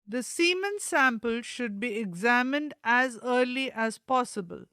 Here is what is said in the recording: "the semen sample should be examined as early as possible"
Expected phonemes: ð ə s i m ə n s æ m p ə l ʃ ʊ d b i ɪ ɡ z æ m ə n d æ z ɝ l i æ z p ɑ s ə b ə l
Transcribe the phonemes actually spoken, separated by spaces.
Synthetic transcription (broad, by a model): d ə s i m ə n s æ m p ə l ʃ ʊ d b i ɪ ɡ z æ m ə n d æ z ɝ l i æ z p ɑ s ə b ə l